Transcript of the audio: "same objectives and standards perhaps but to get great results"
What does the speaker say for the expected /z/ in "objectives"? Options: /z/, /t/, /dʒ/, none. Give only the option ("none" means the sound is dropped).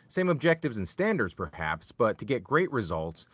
/z/